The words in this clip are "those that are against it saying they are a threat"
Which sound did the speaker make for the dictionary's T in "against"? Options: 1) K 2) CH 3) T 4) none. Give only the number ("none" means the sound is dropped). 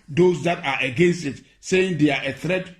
3